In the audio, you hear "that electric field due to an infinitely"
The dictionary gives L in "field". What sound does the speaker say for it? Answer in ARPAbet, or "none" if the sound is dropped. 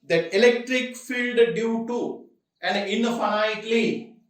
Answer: L